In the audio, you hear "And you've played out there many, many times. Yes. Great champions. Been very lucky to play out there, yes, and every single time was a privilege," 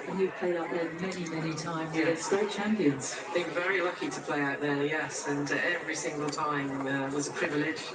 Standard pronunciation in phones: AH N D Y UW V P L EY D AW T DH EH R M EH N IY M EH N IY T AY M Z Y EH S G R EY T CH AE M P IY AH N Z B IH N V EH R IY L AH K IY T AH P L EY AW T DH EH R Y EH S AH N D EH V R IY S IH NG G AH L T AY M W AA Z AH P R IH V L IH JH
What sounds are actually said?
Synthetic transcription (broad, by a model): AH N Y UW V P L EY D AW T DH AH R M EH N IY M EH N IY T AY M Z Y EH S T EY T CH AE M P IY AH N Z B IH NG V EH R IY L AH K IY T AH P L EY AW T DH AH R Y EH S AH N EH V R IY S IH NG G AH L T AY M W AA Z AH P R IH V L IH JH